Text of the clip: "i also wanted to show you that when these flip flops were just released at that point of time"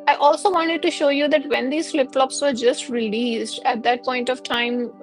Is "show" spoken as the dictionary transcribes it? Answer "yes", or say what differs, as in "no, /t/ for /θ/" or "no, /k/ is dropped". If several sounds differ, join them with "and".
yes